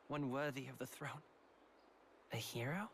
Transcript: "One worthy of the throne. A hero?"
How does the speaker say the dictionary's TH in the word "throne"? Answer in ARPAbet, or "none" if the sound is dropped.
TH